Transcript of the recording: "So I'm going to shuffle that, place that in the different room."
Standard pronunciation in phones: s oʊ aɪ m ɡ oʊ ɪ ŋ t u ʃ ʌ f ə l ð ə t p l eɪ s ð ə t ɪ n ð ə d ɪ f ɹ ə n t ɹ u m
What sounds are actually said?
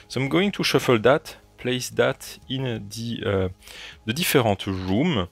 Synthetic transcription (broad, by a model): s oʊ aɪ m ɡ oʊ ɪ ŋ t u ʃ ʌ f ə l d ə t p l eɪ s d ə t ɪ n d ə d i f ɹ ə t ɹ u m